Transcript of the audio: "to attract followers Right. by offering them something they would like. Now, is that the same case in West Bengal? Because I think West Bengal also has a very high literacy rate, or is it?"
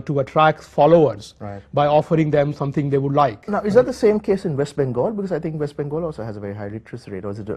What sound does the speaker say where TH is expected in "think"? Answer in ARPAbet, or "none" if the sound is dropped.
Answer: T